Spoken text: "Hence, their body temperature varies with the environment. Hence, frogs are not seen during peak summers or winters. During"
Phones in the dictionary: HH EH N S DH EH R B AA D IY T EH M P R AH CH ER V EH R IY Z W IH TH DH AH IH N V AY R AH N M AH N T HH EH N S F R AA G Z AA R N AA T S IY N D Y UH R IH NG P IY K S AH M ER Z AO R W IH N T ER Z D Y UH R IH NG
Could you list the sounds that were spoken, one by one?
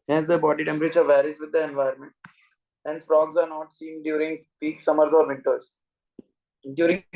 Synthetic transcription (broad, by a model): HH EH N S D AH B AA D IY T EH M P R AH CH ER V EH R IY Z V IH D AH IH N V AY AH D M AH N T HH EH N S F R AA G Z AA R N AA T S IY N D Y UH R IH NG P IY K S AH M ER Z AO R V IH N T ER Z D Y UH R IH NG